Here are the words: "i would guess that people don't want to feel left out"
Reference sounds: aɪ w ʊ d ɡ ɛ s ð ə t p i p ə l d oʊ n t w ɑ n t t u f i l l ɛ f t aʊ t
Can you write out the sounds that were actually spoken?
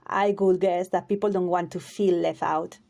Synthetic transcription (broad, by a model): aɪ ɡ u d ɡ ɛ s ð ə t p i p l d oʊ n t w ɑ n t t u f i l l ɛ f aʊ t